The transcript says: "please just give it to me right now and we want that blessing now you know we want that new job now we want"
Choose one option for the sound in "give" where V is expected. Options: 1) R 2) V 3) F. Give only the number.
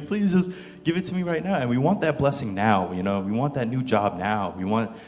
2